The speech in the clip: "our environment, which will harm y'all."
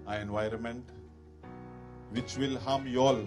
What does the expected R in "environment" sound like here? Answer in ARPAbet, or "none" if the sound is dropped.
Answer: R